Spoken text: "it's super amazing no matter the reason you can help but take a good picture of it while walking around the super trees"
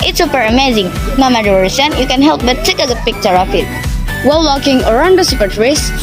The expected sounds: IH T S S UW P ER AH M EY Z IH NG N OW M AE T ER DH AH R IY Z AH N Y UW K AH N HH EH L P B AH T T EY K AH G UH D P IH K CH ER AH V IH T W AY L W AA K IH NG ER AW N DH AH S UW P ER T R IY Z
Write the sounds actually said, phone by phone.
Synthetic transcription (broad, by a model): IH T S S UW P ER AH M EY Z IH NG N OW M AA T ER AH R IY S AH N Y UW K AH N HH EH L P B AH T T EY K AH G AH P IH K CH ER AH F IH T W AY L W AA K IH NG ER AW N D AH S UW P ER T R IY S